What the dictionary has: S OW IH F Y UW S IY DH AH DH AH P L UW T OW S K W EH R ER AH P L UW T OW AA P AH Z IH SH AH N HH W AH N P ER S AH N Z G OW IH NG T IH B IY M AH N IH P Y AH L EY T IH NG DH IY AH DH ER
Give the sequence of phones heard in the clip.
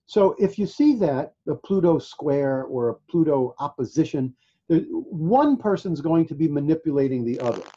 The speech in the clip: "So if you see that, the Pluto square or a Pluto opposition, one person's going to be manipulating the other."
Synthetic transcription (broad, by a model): S OW IH F Y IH S IY DH AH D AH P L UW T OW S K W EH R ER AH P L UW T OW AA P AH Z IH SH AH N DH W AH N P ER S AH N Z G OW IH NG T IH B IY M AH N IH P Y AH L EY T IH NG DH IY AH DH ER